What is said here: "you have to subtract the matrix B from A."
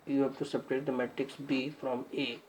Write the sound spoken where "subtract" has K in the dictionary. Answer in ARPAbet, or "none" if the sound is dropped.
none